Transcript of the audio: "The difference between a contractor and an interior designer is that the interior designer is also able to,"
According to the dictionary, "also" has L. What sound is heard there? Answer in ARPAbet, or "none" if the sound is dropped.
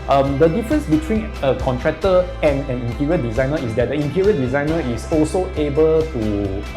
L